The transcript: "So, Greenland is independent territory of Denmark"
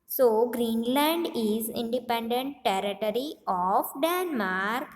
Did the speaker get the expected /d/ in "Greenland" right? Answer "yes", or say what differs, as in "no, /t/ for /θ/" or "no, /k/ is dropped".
yes